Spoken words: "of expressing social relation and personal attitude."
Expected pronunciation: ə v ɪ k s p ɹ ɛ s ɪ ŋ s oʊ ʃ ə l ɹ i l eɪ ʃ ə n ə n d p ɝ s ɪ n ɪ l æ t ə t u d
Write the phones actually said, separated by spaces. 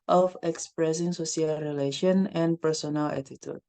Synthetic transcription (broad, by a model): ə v ɪ k s p ɹ ɛ s ɪ ŋ s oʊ s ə l ɹ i l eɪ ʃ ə n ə n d p ɝ s ɪ n ɪ l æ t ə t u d